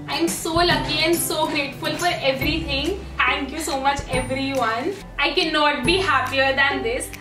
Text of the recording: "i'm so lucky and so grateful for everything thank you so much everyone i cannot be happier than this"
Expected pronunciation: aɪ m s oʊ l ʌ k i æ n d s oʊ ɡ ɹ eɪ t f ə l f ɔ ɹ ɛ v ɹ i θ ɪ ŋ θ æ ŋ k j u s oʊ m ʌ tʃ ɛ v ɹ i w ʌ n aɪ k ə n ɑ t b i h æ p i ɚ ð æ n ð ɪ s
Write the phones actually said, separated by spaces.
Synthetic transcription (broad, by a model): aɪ m s oʊ l ʌ k i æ n d s oʊ ɡ ɹ eɪ t f ə l f ɔ ɹ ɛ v ɹ i t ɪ ŋ t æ ŋ k j u s oʊ m ʌ tʃ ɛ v ɹ i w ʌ n aɪ k ə n ɑ t b i h æ p i ɚ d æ n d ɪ s